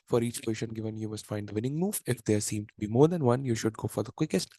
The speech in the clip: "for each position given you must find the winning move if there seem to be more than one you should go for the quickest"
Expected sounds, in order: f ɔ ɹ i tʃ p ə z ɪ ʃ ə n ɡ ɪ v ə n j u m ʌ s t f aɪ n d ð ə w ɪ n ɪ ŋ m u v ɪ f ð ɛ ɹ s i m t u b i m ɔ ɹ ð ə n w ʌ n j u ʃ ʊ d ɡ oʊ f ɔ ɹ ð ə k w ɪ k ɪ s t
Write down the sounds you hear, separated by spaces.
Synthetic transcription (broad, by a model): f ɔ ɹ i tʃ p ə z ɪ ʃ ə n ɡ ɪ v ə n j u m ʌ s t f aɪ n d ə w ɪ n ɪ ŋ m u v ɪ f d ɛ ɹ s i m t u b i m ɔ ɹ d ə n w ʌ n j u ʃ ʊ d ɡ oʊ f ɔ ɹ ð ə k w ɪ k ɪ s t